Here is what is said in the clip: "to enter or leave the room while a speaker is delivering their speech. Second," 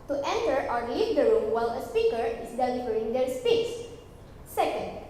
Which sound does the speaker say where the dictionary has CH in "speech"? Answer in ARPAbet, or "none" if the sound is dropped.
S